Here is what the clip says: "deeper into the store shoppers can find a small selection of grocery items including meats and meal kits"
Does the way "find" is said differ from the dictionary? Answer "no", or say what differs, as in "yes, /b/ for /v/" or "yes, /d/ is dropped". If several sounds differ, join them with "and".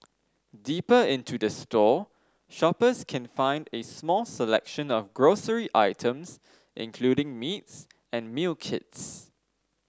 no